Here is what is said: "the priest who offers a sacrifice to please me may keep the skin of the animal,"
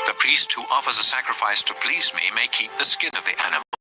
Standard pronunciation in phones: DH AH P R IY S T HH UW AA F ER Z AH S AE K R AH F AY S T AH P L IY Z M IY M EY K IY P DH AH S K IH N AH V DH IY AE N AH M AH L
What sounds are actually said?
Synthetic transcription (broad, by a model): DH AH P R IY S T HH UW AA F ER Z AH S AE K R AH F AY S T AH P L IY Z M IY M EY K IY P DH AH S K IH N AH V DH IY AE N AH M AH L